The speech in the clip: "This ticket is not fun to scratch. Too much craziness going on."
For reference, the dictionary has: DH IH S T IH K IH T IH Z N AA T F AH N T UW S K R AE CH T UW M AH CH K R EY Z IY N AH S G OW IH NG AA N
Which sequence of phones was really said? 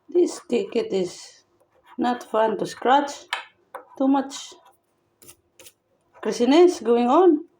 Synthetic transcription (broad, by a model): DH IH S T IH K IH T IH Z N AA T F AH N T UW S K R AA CH T UW M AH CH K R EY S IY N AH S G OW IH NG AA N